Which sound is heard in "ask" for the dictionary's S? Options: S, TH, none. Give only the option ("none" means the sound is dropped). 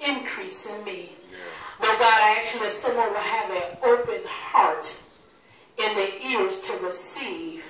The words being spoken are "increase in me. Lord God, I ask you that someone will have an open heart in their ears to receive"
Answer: none